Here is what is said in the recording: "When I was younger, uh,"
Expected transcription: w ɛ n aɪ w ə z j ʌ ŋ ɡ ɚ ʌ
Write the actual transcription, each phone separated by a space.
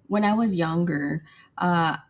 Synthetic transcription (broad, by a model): w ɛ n aɪ w ə z j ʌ ŋ ɡ ɚ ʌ